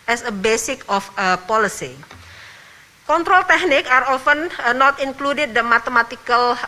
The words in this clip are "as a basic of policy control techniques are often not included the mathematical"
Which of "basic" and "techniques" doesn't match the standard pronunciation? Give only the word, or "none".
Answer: techniques